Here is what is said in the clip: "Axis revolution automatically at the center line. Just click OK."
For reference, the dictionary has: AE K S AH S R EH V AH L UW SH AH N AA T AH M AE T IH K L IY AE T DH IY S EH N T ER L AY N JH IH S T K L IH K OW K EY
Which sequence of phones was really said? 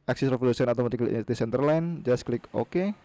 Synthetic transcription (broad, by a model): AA K S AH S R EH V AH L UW S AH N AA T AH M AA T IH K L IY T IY S EH N T ER L AY N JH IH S K L IH K OW K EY